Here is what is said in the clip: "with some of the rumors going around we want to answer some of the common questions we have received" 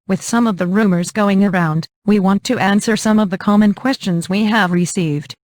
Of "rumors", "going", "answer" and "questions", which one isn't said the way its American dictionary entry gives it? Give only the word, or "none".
none